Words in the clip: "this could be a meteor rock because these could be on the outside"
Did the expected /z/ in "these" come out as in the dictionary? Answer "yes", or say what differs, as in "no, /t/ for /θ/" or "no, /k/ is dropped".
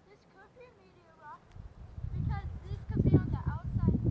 no, /s/ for /z/